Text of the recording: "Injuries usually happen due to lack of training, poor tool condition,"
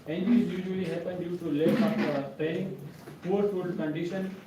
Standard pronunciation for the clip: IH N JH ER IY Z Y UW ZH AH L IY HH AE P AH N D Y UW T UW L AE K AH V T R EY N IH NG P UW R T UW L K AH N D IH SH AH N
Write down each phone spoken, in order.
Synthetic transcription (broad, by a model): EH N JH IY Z Y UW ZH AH L IY HH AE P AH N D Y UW T UW L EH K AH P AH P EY IH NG P UW R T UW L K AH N D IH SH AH N